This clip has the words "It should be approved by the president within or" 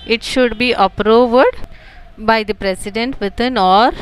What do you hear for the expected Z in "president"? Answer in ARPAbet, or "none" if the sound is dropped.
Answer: S